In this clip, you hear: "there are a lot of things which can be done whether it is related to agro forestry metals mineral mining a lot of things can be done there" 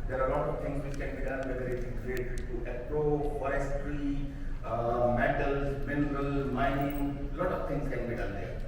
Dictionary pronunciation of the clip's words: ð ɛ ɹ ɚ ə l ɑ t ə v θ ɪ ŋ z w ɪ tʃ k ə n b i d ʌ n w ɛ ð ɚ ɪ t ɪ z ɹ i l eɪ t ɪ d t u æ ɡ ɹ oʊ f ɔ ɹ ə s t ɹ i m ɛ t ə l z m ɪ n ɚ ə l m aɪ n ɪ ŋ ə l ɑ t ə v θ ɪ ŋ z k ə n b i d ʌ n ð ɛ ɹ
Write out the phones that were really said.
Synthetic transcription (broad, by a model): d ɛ ɹ ə l ɑ t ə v t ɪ ŋ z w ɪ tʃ k ə n b i d ʌ n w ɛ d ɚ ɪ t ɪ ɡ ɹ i eɪ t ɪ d t u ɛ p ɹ oʊ f ɔ ɹ ə s t ɹ i m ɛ t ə l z m ɪ n ɚ ə l m aɪ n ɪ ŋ l ɑ t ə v t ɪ ŋ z k ə n b i d ʌ n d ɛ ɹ